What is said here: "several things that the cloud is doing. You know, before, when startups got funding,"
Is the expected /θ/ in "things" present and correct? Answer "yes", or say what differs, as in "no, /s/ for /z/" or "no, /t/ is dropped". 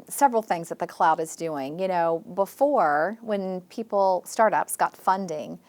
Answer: yes